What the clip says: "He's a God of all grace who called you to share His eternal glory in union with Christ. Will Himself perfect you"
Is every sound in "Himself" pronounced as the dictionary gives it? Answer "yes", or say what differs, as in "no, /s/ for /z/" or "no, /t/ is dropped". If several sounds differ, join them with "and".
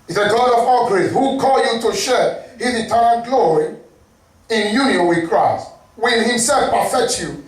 yes